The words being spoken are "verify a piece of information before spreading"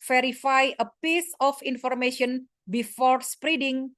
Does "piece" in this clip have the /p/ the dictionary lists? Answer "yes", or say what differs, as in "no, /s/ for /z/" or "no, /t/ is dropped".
yes